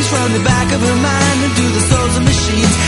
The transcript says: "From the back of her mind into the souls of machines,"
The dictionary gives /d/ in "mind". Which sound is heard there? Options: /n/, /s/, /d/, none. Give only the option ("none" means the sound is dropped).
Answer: none